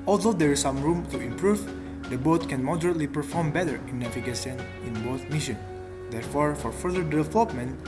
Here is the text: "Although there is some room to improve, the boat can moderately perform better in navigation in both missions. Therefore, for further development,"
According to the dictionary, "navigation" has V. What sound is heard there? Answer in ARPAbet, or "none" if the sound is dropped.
F